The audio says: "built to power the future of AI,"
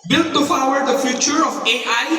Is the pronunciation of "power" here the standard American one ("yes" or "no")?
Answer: no